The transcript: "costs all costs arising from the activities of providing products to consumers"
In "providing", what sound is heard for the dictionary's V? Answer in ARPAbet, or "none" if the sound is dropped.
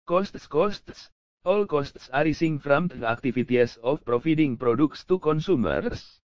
F